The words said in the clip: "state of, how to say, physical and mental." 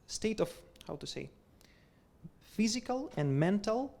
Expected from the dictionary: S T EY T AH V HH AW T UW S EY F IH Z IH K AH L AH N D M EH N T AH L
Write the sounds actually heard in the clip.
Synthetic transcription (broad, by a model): S T EY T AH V HH AW T UW S EY F IH Z IH K AH L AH N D M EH N T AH L